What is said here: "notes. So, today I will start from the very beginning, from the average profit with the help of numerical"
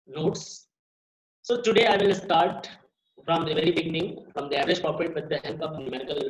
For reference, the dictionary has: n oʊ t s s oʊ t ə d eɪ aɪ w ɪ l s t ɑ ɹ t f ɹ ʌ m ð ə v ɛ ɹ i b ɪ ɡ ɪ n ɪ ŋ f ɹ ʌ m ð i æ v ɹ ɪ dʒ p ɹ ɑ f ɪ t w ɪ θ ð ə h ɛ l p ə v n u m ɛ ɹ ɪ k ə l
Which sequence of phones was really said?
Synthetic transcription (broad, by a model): n oʊ t s s oʊ t ə d eɪ aɪ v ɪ l s t ɑ ɹ t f ɹ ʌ m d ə v ɛ ɹ i b ɪ ɡ ɪ n ɪ ŋ f ɹ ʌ m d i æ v ɹ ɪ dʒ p ɑ p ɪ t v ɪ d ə h ɛ l p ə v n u m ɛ ɹ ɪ k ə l